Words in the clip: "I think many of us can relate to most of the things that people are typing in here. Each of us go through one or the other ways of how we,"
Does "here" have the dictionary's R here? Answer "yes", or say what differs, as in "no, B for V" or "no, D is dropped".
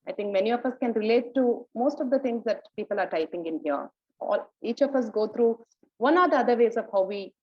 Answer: no, L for R